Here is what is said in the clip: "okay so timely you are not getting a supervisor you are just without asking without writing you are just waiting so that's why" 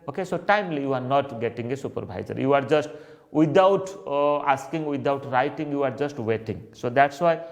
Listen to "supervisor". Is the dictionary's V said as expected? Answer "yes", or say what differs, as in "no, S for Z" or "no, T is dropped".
no, B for V